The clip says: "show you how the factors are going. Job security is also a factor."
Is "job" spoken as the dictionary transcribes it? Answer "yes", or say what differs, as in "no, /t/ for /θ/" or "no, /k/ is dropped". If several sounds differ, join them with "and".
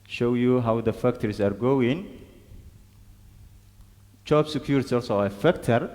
no, /tʃ/ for /dʒ/